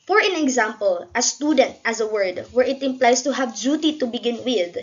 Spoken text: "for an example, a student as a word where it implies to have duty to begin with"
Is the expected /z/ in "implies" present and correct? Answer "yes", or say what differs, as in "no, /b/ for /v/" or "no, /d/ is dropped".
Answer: no, /s/ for /z/